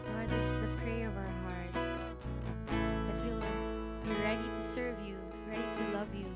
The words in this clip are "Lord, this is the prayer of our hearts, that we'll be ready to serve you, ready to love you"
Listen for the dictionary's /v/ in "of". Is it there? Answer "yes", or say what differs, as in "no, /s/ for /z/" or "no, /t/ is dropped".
yes